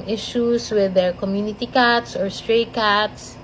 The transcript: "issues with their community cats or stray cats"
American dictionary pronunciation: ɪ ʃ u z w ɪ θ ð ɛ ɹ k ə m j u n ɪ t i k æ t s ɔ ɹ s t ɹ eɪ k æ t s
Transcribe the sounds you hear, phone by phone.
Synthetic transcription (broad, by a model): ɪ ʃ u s w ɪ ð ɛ ɹ k ə m j u n ɪ t i k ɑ t s ɔ ɹ s t ɹ eɪ k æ t s